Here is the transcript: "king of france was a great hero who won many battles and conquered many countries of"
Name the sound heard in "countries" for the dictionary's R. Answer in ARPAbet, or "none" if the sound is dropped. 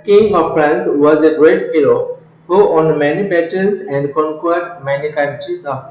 none